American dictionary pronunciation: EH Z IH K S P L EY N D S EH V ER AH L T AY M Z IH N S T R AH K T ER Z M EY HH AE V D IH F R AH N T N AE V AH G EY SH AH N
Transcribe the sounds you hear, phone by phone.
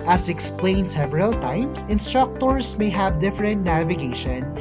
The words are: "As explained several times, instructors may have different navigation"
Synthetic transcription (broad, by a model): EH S IH K S P L EY N D S EH V ER AH L T AY M S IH N S T R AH K T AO S M EY HH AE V D IH F R AH N T N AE V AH G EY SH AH N